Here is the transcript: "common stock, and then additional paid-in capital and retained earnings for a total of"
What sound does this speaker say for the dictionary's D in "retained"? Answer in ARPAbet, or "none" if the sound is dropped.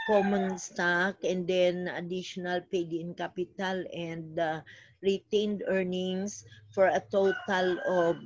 D